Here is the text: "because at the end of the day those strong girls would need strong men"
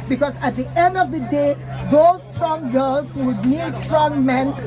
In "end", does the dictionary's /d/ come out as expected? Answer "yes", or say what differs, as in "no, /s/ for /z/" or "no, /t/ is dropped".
yes